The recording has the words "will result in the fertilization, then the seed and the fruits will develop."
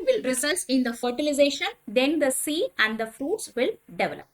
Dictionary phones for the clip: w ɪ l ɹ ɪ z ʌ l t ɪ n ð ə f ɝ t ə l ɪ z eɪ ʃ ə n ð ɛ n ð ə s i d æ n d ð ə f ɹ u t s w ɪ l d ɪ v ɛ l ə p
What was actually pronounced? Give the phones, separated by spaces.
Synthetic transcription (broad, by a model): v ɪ l ɹ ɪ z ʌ l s ɪ n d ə f ɝ t ə l ɪ z eɪ ʃ ə n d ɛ n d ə s i æ n d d ə f ɹ u t s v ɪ l d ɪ v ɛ l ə p